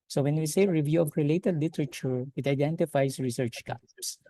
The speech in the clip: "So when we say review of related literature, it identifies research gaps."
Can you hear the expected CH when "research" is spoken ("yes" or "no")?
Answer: yes